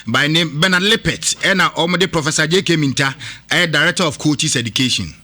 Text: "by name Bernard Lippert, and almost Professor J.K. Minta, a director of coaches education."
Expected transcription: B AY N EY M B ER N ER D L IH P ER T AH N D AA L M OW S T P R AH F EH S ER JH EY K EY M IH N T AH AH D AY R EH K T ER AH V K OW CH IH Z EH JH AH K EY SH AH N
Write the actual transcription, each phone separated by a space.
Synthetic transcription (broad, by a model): B AY N EY M B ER N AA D L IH P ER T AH N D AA M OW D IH P R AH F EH S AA JH EY K EY M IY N T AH AH D AY R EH K T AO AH F K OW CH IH S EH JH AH K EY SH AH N